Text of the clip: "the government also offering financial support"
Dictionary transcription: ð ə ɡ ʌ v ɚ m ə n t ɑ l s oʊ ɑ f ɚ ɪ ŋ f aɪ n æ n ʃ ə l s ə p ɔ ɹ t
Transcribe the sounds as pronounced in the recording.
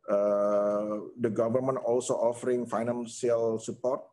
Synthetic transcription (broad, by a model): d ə ɡ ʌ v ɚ m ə n t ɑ l s oʊ ɑ f ɚ ɪ ŋ f aɪ n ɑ n s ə l s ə p ɔ ɹ t